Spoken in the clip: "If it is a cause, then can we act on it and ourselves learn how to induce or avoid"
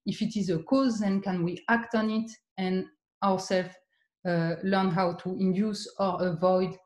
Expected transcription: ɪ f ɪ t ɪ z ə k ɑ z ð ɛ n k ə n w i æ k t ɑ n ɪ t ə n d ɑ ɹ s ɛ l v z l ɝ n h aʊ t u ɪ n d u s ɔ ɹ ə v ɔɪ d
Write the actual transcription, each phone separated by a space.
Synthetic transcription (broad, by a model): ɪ f ɪ t ɪ z ə k ɑ z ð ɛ n k ə n w i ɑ k t ɑ n ɪ t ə n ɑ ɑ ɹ s ɛ l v l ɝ n h aʊ t u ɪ n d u s ɔ ɹ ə v ɔɪ d